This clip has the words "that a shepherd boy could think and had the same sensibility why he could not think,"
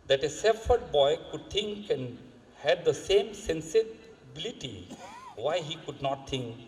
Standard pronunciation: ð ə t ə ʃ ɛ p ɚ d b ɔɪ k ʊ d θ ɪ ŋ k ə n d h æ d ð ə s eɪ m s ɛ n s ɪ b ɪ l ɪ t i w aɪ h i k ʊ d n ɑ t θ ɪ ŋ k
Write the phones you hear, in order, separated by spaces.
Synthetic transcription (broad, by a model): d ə t ə s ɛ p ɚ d b ɔɪ k ʊ d t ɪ ŋ k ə n h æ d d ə s eɪ m s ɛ n s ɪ b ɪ l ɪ t i w aɪ h i k ʊ d n ɑ t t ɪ ŋ k